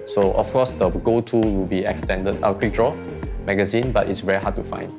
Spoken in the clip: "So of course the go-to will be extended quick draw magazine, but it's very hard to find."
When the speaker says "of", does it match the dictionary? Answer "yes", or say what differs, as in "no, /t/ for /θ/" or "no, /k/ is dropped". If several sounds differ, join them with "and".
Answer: no, /f/ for /v/